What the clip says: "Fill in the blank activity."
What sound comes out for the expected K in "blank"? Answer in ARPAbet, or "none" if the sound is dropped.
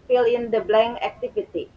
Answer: none